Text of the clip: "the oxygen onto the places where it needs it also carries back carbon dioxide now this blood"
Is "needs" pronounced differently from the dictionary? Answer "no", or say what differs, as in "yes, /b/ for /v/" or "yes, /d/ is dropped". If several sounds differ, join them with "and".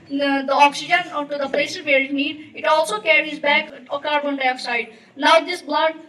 yes, /z/ is dropped